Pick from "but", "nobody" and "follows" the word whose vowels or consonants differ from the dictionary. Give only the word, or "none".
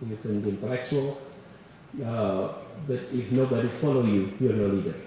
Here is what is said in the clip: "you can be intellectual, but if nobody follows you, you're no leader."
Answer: follows